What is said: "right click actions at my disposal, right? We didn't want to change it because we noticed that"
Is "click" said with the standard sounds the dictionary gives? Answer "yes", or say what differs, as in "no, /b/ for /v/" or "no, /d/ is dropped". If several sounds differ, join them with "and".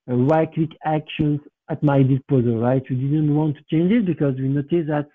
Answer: no, /w/ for /l/